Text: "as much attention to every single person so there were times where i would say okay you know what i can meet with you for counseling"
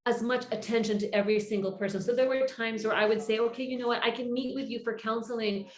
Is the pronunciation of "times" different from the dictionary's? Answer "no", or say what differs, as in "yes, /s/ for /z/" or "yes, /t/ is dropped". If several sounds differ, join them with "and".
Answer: no